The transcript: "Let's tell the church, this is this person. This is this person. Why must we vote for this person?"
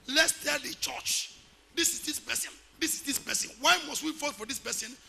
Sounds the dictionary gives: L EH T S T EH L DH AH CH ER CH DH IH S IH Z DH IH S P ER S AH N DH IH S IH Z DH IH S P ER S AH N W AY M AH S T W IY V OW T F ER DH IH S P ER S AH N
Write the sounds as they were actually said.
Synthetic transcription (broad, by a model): L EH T S T EH L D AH CH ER CH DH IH S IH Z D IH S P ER S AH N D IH S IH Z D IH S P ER S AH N W AY M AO S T W IY F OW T F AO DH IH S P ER S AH N